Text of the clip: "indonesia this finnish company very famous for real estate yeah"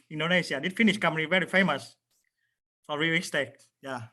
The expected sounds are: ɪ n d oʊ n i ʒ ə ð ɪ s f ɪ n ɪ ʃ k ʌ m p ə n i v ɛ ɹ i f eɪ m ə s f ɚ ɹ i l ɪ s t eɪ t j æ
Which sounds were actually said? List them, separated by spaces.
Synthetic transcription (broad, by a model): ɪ n d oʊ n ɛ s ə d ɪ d f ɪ n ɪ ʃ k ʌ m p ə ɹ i v ɛ ɹ i f eɪ m ə s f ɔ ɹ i w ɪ s t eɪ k j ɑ